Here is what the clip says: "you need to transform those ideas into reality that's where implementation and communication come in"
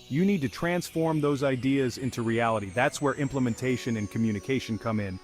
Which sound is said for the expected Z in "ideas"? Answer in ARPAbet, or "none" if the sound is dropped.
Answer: Z